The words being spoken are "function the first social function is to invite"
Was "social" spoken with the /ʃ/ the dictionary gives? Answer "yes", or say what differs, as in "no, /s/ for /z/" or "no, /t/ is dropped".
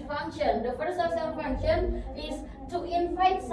no, /s/ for /ʃ/